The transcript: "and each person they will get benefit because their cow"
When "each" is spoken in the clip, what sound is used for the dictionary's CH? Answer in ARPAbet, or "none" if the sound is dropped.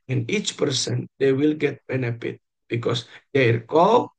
CH